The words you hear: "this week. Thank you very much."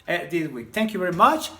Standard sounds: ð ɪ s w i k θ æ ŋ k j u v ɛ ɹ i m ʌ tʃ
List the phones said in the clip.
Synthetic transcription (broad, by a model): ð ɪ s w i k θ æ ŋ k j u v ɛ ɹ i m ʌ tʃ